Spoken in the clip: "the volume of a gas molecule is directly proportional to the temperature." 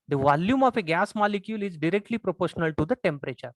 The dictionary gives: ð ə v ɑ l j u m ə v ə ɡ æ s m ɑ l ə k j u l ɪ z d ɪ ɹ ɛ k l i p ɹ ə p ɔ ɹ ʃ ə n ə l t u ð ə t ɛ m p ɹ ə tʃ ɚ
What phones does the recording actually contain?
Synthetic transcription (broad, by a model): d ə v ɑ l j u m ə f ə ɡ æ s m ɑ l ə k j u l ɪ z d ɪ ɹ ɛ k l i p ɹ ə p ɔ ɹ ʃ ə n ə l t u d ə t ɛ m p ɹ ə tʃ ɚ